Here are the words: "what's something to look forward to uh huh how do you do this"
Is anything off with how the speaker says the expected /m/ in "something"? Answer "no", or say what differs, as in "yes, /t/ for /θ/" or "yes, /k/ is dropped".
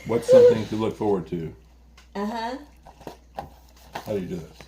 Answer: yes, /m/ is dropped